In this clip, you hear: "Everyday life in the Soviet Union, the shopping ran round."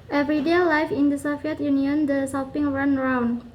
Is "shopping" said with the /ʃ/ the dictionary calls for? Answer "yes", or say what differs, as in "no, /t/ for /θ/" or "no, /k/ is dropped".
no, /s/ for /ʃ/